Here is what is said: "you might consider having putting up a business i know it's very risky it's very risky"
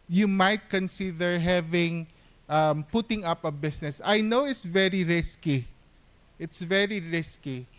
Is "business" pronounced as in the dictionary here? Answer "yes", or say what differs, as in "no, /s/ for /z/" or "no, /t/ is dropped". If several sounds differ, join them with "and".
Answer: no, /s/ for /z/